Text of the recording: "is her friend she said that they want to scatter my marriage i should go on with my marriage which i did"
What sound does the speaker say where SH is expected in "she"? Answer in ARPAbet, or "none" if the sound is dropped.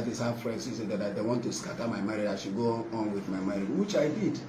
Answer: S